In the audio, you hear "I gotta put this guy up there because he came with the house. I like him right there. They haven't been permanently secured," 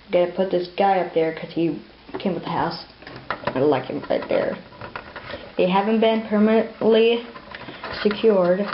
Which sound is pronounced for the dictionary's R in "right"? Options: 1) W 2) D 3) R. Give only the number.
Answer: 3